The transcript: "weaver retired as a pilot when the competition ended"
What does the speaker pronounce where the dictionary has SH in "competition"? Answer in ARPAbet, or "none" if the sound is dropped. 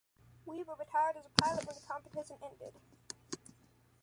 S